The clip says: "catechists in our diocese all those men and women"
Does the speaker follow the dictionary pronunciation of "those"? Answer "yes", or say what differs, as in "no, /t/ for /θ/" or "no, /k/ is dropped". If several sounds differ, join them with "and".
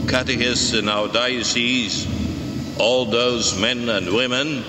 yes